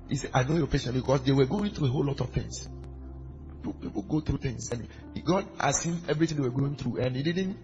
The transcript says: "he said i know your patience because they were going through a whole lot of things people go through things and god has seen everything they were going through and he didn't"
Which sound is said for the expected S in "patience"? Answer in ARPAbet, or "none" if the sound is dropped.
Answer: none